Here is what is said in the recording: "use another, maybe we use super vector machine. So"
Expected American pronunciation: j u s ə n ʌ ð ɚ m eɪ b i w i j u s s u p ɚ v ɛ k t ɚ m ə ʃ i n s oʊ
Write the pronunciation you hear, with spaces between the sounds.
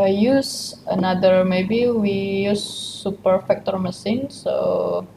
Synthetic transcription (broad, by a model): j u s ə n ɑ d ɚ m eɪ b i w i j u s s u p ɚ f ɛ k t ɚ m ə s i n s oʊ